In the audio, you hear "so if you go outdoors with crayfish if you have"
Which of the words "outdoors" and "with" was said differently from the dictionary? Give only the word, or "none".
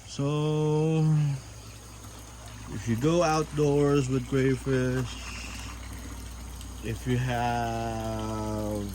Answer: none